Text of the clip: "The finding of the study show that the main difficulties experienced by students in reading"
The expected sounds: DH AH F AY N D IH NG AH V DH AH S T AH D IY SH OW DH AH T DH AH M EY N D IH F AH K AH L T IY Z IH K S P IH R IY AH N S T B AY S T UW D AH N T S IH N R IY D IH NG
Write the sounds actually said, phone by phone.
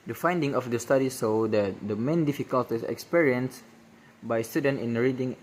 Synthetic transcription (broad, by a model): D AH F AY N D IH NG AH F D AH S T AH D IY S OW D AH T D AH M EY N D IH F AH K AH L T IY S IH K S P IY R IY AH N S B AY S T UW D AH N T IH N R IY D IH NG